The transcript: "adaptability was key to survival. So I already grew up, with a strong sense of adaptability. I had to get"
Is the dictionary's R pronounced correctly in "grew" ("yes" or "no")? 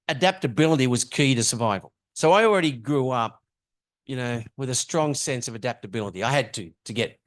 yes